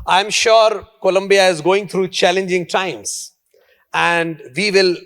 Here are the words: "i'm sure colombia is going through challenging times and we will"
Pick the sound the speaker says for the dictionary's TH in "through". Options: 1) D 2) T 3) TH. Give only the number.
2